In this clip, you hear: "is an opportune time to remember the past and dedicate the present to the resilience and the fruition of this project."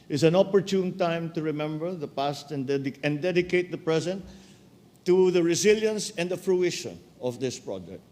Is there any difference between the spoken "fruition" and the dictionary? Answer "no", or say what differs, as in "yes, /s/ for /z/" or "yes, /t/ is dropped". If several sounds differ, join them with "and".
no